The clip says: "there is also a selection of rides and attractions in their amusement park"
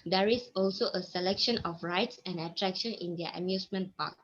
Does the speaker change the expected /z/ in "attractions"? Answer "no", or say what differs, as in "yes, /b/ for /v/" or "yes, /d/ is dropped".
yes, /z/ is dropped